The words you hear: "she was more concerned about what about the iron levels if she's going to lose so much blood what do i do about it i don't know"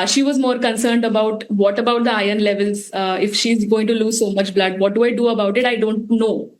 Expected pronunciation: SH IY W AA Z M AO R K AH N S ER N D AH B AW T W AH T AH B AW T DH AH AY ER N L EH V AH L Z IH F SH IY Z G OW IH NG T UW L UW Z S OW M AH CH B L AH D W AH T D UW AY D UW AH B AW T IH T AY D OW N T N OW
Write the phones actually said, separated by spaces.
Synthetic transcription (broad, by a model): SH IY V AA Z M AO R K AH N S ER N D AH B AW T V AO T AH B AW T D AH AY ER N L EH V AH L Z IH F SH IY Z G OW IH NG T UW L UW Z S OW M AH CH B L AH D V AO T D UW AY D UW AH B AW T IH T AY D OW N T N OW